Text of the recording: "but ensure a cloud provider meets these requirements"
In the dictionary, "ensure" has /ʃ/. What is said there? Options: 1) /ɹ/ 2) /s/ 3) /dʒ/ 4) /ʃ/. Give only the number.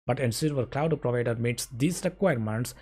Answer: 2